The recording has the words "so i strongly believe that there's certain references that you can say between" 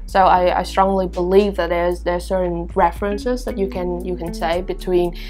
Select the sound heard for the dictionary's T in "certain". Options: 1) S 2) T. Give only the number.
1